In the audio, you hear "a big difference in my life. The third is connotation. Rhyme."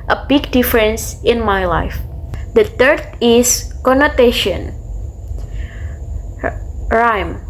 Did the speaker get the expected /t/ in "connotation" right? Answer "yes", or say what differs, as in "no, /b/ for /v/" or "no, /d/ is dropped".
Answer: yes